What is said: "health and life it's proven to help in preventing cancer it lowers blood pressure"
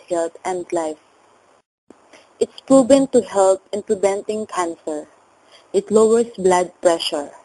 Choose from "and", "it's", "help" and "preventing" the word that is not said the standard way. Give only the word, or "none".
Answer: preventing